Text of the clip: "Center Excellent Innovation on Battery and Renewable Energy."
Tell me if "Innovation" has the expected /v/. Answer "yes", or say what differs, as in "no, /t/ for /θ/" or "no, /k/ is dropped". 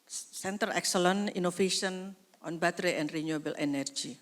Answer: no, /f/ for /v/